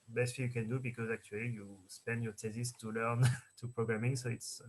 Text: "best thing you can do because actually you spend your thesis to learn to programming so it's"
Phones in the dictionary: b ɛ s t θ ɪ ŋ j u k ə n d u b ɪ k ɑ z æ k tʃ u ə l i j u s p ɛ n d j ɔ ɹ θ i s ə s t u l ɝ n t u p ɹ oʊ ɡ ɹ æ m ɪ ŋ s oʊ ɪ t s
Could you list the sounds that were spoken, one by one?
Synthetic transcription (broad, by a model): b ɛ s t f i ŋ j u k ə n d u b ɪ k ɑ z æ k tʃ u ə l i j u s p ɛ n d j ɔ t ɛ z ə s t u l ɝ n t u p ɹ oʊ ɡ ɹ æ m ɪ ŋ s oʊ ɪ t s